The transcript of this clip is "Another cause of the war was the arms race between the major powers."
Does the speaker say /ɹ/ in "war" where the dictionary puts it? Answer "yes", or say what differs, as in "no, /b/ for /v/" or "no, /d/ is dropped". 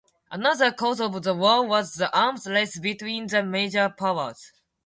no, /l/ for /ɹ/